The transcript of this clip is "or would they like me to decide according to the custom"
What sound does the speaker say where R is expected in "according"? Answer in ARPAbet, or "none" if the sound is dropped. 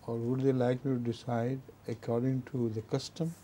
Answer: R